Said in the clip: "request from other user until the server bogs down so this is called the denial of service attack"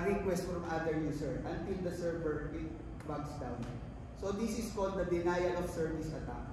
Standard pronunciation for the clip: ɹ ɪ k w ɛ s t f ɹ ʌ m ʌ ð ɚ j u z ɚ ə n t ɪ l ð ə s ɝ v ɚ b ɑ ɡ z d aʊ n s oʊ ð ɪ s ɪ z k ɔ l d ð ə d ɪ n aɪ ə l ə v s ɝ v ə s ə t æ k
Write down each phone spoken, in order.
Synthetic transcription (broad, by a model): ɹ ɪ k w ɛ s t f ɹ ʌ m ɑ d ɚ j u s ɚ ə n t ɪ l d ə s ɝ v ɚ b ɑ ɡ s d aʊ n s oʊ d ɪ s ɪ s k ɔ n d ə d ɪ n aɪ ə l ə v s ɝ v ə s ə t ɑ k